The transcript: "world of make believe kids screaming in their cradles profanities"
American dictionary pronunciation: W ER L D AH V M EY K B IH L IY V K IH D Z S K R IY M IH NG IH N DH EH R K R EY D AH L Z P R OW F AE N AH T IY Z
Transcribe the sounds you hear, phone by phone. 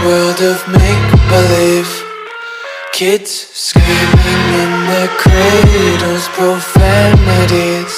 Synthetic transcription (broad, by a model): W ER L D AH V M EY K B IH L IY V K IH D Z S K IY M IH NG IH N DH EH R K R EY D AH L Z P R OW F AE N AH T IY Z